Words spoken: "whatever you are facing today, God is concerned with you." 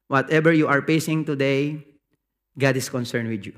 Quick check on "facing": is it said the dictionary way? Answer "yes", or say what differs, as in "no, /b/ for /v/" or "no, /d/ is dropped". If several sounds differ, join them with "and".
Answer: no, /p/ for /f/